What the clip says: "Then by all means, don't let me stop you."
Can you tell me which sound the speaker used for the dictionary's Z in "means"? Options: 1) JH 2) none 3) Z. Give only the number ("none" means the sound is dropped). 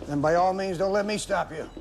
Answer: 3